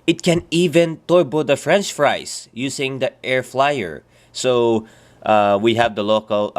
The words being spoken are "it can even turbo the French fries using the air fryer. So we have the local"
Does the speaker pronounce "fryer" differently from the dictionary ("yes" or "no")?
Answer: yes